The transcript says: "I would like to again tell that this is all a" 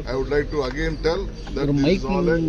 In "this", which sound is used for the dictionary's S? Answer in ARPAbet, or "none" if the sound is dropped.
none